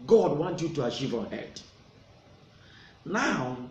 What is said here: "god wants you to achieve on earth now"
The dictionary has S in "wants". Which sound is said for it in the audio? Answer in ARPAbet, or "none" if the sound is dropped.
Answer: none